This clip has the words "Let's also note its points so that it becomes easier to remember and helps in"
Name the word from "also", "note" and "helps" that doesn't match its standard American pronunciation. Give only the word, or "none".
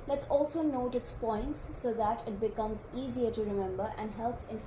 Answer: none